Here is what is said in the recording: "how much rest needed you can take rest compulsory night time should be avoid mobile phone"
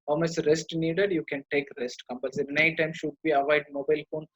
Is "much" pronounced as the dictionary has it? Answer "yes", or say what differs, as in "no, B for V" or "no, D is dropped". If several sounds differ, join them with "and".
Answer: no, S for CH